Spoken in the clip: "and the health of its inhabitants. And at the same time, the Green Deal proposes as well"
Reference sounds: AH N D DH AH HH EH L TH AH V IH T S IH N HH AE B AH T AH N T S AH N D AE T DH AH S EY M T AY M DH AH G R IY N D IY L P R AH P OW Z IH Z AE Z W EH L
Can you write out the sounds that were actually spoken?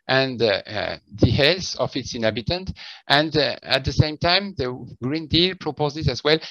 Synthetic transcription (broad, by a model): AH N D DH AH HH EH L S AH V IH T S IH N HH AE B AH T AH N T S AH N D AE T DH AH S EY M T AY M DH AH G R IY N D IY L P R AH P OW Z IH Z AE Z W EH L